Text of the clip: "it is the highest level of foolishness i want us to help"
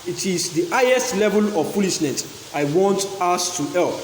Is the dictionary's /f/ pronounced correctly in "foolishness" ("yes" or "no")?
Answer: no